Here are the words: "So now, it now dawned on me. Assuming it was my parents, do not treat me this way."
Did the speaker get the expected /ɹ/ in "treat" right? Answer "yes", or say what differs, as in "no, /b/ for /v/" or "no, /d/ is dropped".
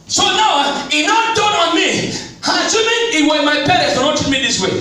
no, /ɹ/ is dropped